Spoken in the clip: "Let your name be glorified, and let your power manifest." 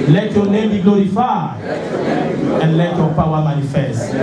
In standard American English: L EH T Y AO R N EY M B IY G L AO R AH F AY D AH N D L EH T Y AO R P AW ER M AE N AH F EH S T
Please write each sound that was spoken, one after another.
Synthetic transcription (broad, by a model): L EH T Y AO N EY M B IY G L AO R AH F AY AH N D L EH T Y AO P AW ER M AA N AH F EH S T